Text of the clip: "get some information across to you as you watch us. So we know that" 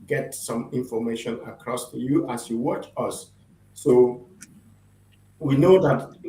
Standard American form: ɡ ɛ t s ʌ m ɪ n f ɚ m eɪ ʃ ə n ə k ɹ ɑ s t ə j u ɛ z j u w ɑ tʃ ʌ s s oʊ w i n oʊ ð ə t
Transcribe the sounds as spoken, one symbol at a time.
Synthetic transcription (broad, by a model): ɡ ɛ t s ʌ m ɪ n f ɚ m eɪ ʃ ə n ə k ɹ ɑ s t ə j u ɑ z j u w ɑ tʃ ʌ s s oʊ w i n oʊ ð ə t